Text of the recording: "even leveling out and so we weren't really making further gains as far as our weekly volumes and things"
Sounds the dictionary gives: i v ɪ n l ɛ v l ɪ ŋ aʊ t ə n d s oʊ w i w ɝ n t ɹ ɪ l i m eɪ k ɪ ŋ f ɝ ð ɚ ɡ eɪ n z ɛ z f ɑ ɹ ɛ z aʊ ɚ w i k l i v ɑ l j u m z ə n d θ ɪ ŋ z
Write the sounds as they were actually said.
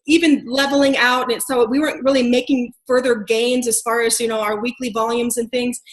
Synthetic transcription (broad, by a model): i v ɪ n l ɛ v l ɪ ŋ aʊ t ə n s oʊ w i w ɝ n t ɹ ɪ l i m eɪ k ɪ ŋ f ɝ ð ɚ ɡ eɪ n z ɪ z f ɑ ɹ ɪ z aʊ ɚ w i k l i v ɑ l j u m z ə n θ ɪ ŋ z